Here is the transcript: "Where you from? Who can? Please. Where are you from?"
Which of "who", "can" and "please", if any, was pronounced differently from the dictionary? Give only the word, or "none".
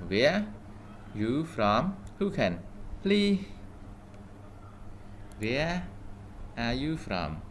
please